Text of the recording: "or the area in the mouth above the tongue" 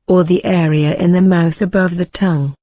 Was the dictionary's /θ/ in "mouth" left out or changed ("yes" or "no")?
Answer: no